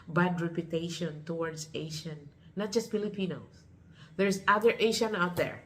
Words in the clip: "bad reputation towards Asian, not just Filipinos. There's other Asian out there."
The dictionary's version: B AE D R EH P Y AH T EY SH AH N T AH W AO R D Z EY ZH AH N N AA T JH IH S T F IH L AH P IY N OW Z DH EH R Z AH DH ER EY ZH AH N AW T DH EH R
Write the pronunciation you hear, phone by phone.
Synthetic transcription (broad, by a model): B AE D R EH P Y AH T EY SH AH N T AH W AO R D S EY SH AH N N AA T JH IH S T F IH L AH P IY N OW S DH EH R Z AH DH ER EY SH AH N AW T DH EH R